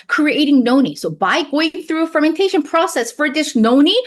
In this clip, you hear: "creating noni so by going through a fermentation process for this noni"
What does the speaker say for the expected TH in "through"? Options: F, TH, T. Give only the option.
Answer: TH